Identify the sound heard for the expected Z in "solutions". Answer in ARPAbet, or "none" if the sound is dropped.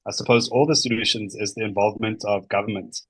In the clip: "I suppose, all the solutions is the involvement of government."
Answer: Z